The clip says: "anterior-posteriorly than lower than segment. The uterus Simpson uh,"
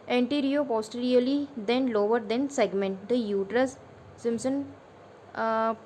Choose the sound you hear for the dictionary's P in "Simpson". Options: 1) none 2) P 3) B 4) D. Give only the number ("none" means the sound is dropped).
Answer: 1